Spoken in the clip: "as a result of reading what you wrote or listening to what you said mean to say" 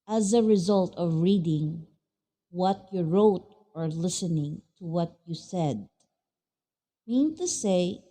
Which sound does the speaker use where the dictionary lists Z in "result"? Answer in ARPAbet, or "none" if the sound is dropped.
Z